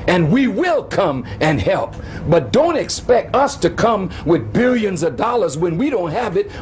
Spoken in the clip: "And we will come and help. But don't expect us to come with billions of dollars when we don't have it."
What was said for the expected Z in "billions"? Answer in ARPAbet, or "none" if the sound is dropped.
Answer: Z